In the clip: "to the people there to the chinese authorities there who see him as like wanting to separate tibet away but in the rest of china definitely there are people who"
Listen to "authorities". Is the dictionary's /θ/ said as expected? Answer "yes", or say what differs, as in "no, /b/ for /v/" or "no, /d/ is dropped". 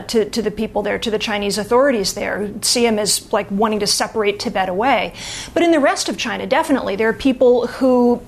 yes